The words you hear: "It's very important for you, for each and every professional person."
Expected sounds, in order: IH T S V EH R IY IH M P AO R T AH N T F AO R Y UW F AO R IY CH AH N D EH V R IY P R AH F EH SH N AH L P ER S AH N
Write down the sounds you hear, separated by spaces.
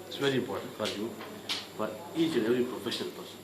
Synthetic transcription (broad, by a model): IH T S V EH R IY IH M P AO R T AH N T F AO R Y UW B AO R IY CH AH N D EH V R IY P R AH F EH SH AH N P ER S